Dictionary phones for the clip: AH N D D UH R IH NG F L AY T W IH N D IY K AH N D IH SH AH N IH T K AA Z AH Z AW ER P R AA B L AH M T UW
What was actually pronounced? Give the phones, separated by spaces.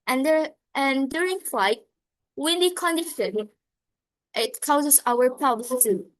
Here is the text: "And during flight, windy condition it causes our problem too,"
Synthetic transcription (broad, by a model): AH N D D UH R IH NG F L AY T W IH N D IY K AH N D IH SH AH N IH T K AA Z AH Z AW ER P AA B L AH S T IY